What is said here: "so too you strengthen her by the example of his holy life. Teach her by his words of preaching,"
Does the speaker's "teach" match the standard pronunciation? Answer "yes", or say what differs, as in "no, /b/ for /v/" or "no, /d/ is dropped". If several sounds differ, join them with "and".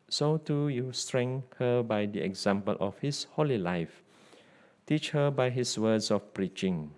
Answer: yes